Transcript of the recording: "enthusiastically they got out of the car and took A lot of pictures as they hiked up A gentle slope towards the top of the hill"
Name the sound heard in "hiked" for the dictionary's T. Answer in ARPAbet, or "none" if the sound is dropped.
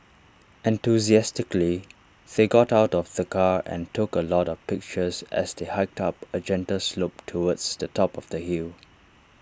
T